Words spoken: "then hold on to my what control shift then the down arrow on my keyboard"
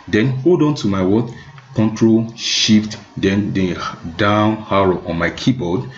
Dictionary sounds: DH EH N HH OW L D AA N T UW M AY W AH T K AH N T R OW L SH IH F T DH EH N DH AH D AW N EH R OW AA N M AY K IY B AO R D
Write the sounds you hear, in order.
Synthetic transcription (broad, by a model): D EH N HH OW L D AA N T UW M AY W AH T K AH N T R OW L SH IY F T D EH N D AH D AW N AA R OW AA N M AY K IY B AO D